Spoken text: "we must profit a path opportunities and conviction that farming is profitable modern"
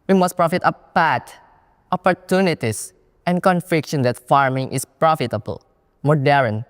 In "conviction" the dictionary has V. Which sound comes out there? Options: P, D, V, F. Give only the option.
F